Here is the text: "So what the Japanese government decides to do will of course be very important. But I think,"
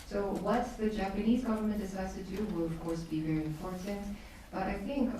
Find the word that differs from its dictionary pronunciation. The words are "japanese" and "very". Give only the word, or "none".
none